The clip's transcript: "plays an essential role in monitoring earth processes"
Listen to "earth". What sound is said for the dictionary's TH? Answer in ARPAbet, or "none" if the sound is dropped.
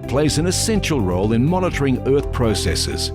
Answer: TH